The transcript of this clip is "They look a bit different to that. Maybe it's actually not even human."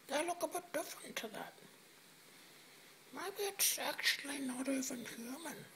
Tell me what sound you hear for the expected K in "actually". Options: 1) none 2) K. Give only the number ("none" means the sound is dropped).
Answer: 2